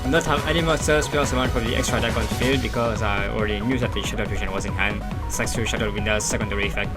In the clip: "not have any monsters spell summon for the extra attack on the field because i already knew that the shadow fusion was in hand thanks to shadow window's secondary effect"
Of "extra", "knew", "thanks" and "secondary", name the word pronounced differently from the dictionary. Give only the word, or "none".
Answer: thanks